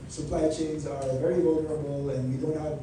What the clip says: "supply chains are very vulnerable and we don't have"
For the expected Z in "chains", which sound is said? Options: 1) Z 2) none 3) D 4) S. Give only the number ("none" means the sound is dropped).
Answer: 1